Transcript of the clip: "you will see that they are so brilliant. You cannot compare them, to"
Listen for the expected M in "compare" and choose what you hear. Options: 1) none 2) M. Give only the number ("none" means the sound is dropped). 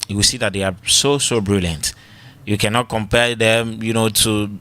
2